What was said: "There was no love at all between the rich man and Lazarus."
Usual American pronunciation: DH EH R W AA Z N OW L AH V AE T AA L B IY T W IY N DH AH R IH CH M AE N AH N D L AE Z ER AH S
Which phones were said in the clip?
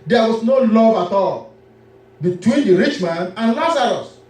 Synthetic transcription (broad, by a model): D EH W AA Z N OW L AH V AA T AA L B IY T W IY N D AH R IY CH M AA N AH N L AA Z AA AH S